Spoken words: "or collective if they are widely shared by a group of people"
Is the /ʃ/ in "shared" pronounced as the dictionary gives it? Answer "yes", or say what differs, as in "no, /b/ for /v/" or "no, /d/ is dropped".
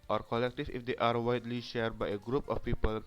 yes